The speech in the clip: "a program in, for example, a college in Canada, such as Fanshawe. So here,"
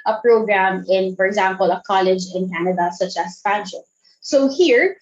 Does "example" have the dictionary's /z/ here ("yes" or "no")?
yes